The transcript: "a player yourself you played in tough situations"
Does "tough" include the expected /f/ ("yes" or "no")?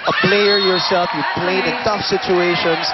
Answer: yes